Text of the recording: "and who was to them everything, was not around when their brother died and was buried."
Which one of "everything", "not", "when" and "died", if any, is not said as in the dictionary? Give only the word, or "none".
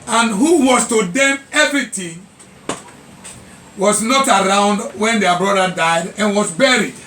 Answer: everything